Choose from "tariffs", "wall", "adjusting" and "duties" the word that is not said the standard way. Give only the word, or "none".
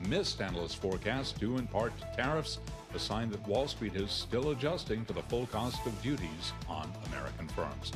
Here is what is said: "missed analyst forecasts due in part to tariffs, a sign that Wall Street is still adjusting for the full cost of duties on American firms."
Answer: none